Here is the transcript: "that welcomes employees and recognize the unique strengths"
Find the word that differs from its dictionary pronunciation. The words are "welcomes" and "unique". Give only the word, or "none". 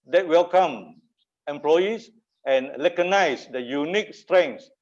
welcomes